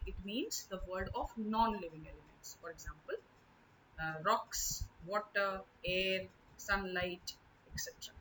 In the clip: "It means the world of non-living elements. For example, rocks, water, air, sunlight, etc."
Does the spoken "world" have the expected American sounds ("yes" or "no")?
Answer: no